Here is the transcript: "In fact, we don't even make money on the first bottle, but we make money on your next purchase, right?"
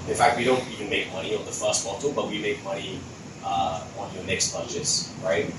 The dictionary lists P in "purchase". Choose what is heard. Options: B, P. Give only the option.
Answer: B